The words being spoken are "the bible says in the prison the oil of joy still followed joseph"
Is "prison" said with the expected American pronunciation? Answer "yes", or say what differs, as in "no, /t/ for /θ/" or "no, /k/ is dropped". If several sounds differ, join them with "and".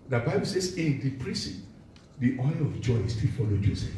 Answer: no, /s/ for /z/